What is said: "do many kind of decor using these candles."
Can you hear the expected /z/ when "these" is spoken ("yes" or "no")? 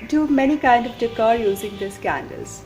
no